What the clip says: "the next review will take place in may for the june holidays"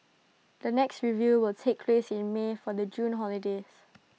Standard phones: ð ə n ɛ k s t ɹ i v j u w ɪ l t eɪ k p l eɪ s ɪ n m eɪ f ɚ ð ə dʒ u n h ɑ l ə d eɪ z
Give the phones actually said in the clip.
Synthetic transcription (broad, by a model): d ə n ɛ k s t ɹ i v j u w ɪ l t eɪ k p l eɪ s ɪ n m eɪ f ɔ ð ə dʒ u n h ɑ l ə d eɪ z